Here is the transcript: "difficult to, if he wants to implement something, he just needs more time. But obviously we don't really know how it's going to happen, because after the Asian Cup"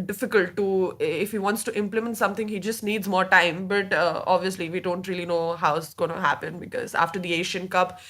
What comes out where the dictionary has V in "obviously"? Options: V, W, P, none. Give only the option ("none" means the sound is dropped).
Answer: V